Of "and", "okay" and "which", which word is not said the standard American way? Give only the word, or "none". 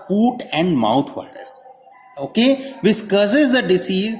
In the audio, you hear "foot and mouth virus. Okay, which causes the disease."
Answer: which